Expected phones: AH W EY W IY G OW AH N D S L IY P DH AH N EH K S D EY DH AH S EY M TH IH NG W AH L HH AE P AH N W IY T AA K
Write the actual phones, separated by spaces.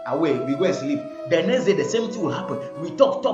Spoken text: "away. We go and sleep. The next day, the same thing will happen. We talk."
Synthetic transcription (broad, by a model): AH W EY W IY G OW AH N S L IY P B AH N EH S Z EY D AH S EY M T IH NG W AH L HH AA P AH N W IY T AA K